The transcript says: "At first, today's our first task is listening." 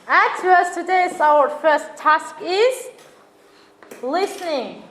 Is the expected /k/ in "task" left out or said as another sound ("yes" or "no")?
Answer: no